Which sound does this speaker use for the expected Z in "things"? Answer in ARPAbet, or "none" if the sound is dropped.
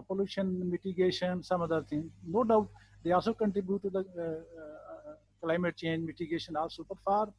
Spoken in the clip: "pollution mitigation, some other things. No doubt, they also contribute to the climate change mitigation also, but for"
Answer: none